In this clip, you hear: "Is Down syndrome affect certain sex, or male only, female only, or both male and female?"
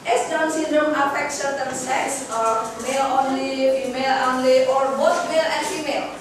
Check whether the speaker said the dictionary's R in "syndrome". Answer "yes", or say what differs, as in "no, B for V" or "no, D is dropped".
no, R is dropped